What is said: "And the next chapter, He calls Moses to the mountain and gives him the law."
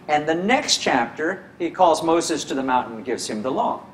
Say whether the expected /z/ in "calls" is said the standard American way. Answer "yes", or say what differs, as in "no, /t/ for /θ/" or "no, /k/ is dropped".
yes